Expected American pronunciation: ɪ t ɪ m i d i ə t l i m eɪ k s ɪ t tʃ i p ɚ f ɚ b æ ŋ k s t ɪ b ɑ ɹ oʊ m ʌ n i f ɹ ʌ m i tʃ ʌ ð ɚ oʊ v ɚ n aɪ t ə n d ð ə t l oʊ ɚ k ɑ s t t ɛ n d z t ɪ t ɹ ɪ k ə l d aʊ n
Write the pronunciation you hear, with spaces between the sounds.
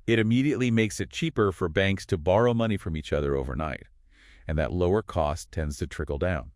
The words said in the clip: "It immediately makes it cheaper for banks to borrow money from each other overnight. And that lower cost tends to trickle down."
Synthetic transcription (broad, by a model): ɪ t ɪ m i d i ə t l i m eɪ k s ɪ t tʃ i p ɚ f ɚ b æ ŋ k s t ɪ b ɑ ɹ oʊ m ʌ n i f ɹ ʌ m i tʃ ʌ ð ɚ oʊ v ɚ n aɪ t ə n ð ə t l oʊ ɚ k ɑ s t t ɛ n d z t ɪ t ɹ ɪ k l d aʊ n